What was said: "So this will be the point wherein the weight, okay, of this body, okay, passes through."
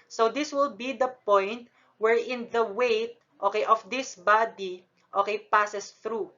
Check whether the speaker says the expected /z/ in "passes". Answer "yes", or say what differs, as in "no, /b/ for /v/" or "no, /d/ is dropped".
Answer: no, /s/ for /z/